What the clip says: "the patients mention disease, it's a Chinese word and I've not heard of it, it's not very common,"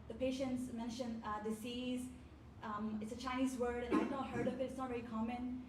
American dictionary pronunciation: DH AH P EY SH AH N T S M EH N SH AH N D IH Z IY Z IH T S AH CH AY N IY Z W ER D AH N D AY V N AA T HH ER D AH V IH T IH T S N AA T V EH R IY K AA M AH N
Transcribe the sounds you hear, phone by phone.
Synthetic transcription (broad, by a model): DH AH P EY SH AH N T S M EH N SH AH N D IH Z IY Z IH T S AH CH AY N IY Z W ER D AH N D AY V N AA HH ER D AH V IH T IH T S N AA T V EH R IY K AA M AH N